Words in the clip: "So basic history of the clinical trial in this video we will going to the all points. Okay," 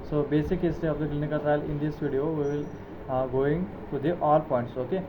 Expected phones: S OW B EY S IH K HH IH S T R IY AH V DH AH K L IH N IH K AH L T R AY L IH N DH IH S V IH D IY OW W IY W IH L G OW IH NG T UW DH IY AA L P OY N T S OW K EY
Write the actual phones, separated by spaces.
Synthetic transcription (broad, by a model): S OW B EY S IH K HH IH S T IY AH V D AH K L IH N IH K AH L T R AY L IH N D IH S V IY D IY OW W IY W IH L G OW IH NG T UW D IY AA L P OY N T S OW K EY